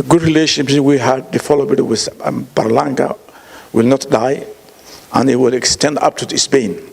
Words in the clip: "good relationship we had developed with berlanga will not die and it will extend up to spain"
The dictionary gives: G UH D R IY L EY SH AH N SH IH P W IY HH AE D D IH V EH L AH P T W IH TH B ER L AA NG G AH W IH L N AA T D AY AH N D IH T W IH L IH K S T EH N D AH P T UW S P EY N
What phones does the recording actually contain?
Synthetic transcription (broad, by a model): G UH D R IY L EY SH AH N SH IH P W IY HH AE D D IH F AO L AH B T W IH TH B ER L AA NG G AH W IH L N AA T D AY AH N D IH T W IH L IH K S T EH N D AH P T UW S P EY N